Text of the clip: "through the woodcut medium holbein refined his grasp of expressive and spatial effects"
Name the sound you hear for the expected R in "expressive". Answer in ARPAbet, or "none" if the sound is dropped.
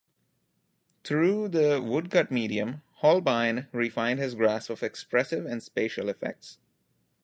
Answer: R